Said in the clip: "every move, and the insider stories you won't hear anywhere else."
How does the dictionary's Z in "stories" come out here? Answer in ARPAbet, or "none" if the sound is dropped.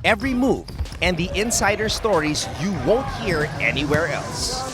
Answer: Z